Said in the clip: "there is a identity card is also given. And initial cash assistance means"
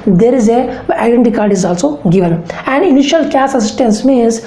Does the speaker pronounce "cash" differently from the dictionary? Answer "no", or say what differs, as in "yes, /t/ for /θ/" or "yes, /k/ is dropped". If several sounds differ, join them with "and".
yes, /s/ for /ʃ/